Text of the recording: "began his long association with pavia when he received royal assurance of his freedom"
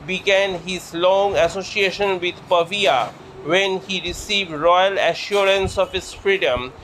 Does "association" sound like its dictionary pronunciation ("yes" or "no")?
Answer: yes